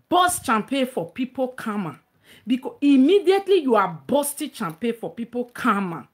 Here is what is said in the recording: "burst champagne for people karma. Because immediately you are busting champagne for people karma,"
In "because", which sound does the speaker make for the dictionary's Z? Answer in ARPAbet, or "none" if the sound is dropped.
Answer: none